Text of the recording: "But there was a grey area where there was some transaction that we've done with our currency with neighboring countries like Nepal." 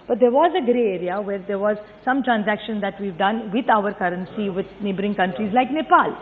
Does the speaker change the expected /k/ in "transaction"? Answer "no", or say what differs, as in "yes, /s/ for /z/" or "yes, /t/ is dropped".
no